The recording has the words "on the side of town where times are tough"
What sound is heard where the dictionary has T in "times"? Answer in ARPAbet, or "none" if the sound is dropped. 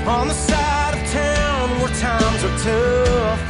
T